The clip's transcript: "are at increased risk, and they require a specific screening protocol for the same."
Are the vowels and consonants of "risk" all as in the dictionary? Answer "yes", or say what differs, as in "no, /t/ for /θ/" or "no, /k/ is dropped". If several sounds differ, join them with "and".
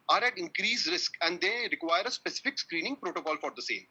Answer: yes